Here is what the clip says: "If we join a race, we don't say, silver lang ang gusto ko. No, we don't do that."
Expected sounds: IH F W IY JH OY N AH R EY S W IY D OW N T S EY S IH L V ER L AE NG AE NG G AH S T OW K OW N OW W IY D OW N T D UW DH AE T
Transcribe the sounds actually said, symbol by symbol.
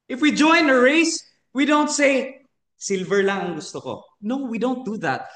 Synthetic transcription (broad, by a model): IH F W IY JH OY N AH R EY S W IY D OW N T S EY S IH L V ER L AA NG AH NG G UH S T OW K OW N OW W IY D OW N T D UW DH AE T